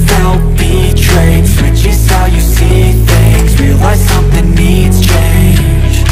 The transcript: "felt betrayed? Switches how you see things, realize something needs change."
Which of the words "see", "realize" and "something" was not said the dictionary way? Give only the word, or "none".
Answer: realize